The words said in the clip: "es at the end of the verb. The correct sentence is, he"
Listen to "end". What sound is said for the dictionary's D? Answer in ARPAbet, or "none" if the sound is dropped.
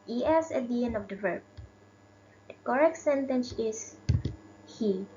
none